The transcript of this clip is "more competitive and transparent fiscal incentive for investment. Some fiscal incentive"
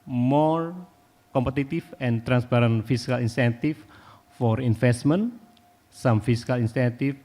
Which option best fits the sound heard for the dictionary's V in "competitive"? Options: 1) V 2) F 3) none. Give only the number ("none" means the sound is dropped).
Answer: 2